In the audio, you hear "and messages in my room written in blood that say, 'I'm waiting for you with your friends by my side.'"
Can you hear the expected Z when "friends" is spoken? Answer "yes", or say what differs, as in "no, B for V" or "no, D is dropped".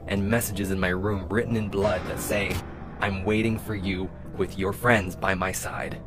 yes